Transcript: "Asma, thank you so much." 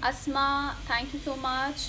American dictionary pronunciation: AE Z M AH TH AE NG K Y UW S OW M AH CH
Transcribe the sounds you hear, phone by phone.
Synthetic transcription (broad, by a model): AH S M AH T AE NG K Y UW S OW M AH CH